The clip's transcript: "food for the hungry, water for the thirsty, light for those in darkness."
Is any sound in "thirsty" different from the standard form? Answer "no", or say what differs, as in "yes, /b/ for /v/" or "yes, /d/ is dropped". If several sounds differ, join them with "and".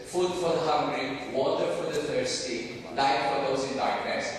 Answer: yes, /t/ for /θ/